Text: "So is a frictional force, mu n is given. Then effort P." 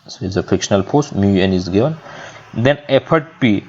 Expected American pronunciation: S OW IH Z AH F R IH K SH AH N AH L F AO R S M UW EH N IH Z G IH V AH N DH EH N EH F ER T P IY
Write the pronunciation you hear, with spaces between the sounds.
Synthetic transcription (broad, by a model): S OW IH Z AH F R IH K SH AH N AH L P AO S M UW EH N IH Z G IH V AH N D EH N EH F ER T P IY